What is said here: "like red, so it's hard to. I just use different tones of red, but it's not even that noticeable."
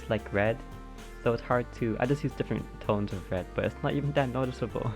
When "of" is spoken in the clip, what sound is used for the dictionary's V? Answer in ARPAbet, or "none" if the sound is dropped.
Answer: V